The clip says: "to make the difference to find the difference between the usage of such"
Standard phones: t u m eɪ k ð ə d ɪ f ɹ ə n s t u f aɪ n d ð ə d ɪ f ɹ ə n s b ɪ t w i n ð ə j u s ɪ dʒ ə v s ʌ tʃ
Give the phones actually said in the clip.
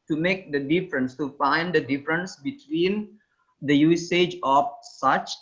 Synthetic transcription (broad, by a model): t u m eɪ k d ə d ɪ f ɹ ə n s t u f aɪ n d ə d ɪ f ɹ ə n s b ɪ t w i n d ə j u s ɪ dʒ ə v s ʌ tʃ